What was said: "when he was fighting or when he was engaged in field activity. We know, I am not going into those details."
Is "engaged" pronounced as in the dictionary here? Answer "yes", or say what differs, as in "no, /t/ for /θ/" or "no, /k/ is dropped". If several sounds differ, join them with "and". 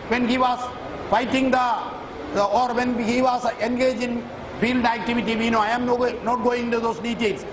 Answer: no, /d/ is dropped